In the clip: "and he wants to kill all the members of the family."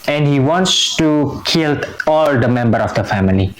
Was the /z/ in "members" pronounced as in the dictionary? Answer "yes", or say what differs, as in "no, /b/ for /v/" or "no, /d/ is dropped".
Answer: no, /z/ is dropped